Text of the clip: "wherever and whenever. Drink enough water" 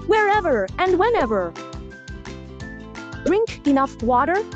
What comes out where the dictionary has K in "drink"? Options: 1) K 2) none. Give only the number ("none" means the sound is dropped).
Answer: 1